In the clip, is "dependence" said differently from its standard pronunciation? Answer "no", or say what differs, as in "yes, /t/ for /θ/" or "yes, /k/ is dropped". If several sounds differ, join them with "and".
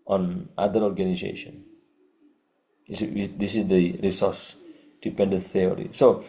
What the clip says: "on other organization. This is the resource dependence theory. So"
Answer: yes, /s/ is dropped